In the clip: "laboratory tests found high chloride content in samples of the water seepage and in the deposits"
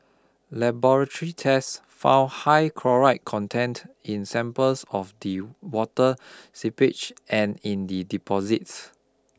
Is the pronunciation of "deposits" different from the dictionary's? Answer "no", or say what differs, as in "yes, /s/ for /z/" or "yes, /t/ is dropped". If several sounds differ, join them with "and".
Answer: no